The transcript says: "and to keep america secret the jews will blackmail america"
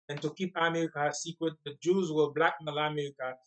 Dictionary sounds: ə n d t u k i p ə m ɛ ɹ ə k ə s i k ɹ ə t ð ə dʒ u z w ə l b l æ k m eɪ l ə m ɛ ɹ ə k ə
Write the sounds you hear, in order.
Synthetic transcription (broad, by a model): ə n t u k i p ə m ɛ ɹ ə k ə s i k ɹ ə t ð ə dʒ u z w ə b l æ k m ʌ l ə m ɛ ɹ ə k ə